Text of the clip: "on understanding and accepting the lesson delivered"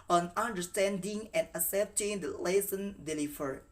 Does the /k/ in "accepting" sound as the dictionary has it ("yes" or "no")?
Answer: no